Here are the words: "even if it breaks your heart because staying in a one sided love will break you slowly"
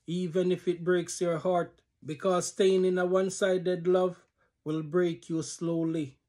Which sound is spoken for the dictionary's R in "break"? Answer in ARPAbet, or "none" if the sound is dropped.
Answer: R